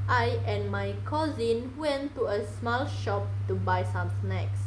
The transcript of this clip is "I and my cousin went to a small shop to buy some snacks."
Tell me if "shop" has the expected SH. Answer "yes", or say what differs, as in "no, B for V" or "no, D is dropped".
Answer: yes